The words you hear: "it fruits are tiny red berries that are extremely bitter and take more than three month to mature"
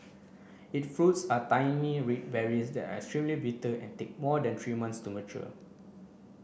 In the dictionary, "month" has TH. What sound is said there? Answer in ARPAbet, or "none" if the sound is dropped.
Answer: S